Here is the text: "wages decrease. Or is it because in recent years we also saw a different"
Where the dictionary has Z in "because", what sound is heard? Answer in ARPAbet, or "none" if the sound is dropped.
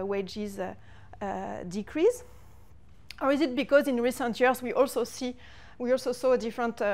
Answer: Z